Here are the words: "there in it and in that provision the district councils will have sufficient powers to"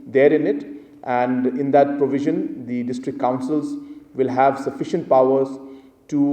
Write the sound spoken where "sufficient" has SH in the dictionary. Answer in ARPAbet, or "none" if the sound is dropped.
SH